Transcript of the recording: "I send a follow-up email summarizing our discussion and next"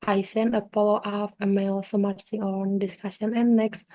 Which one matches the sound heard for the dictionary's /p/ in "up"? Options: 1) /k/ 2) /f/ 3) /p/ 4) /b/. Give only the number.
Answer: 2